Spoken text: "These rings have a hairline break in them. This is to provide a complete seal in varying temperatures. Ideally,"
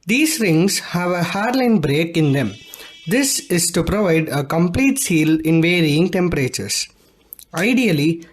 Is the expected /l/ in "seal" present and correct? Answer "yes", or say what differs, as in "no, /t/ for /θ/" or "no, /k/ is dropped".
yes